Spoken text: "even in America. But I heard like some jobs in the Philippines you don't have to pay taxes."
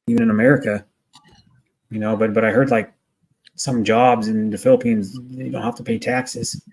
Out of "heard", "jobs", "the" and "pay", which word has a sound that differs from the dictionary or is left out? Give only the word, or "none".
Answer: none